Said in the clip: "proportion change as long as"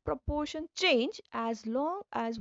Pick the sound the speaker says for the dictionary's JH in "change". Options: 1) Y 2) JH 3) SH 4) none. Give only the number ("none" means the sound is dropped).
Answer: 2